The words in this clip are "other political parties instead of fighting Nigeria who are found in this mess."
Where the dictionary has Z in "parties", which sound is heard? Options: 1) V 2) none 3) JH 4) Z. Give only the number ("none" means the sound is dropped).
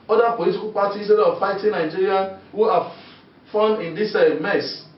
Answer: 2